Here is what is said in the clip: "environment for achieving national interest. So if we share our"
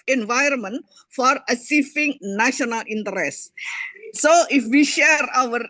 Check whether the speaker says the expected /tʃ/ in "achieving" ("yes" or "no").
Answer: no